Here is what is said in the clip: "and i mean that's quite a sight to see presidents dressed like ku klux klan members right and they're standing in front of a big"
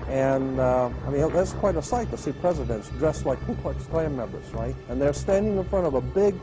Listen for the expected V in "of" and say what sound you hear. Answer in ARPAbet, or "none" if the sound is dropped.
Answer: V